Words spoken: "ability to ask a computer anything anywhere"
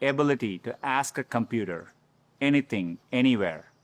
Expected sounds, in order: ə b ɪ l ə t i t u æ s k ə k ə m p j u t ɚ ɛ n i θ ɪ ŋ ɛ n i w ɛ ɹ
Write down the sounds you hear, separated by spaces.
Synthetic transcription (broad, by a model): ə b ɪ l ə t i t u æ s k ə k ə m p j u t ɚ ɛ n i t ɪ ŋ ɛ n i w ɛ ɹ